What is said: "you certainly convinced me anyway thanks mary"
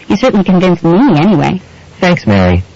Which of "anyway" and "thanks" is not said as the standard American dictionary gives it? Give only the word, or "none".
none